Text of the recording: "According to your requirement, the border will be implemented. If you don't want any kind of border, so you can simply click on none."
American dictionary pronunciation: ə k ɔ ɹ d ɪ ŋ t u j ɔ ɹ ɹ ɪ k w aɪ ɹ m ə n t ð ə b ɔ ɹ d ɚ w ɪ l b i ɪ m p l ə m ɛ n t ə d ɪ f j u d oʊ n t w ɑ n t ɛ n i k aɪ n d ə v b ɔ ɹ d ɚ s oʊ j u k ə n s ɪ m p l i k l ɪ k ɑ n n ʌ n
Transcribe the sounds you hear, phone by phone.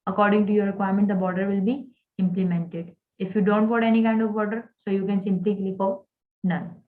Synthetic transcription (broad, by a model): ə k ɔ ɹ d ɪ ŋ t u j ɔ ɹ ɹ ɪ k w aɪ ɹ m ə n t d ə b ɔ ɹ d ɚ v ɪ l b i ɪ m p l ə m ɛ n t ə d ɪ f j u d oʊ n t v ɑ t ɛ n i k aɪ n d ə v b ɔ ɹ d ɚ s oʊ j u k ə n s ɪ m p l i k l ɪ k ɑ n n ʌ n